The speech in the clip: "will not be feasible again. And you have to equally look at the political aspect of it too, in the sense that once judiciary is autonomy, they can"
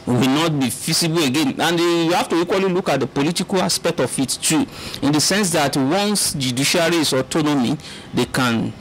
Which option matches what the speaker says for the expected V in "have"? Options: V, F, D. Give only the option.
F